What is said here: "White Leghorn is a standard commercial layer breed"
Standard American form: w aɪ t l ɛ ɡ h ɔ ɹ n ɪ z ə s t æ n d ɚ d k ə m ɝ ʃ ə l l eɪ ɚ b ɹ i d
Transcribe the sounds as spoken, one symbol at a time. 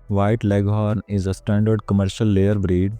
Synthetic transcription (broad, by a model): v aɪ t l ɛ ɡ h ɔ ɹ n ɪ z ə s t æ n d ɚ d k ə m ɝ ʃ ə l l eɪ ɚ b ɹ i d